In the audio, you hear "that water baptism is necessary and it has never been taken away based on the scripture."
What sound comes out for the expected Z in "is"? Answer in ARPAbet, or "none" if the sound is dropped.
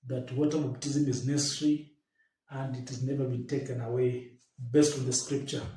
Z